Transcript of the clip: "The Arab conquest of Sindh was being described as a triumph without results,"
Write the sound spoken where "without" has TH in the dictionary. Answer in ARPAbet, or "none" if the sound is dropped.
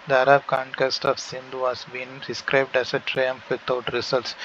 T